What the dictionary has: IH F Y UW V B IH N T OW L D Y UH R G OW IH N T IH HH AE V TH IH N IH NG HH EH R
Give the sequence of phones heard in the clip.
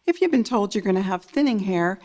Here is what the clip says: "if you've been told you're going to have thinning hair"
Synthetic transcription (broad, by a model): IH F Y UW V B IH N T OW L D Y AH R G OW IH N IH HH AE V TH IH N IH NG HH EH R